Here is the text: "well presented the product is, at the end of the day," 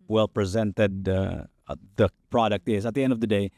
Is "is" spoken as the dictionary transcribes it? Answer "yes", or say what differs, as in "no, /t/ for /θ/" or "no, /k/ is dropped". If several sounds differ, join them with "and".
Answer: yes